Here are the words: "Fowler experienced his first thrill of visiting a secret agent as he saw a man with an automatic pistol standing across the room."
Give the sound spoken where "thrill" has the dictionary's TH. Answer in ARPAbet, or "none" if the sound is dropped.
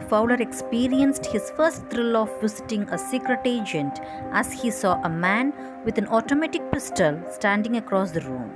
T